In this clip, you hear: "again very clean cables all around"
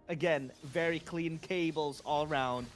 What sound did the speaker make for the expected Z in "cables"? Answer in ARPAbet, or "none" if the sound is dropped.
Z